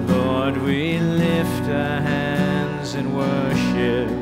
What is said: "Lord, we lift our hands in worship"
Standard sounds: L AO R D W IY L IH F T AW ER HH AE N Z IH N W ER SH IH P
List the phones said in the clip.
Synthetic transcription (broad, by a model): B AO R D W IY L IH F T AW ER HH AE N Z IH N W ER SH IH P